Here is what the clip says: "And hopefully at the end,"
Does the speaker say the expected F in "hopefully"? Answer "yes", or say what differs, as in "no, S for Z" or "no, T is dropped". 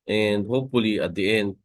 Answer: yes